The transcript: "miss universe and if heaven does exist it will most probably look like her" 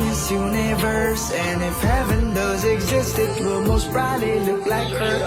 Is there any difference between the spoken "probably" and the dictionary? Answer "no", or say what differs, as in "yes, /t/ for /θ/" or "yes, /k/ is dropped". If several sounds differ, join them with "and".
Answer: yes, /b/ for /p/